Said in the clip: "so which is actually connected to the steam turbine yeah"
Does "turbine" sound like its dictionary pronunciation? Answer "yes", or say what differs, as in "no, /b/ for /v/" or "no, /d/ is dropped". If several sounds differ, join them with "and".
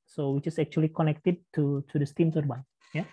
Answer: no, /s/ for /t/